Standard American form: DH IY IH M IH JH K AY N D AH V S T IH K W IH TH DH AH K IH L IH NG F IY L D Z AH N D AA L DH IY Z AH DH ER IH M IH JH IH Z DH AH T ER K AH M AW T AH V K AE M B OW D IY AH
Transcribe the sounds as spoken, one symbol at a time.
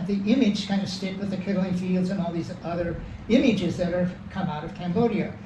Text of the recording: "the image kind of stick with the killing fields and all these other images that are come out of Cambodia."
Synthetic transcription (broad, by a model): DH IY IH M IH JH K AY N D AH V S T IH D W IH DH AH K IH L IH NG F IY L D Z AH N AA L DH IY Z AH DH ER IH M IH JH IH Z DH AH T ER K AH M AW T AH V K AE M B OW D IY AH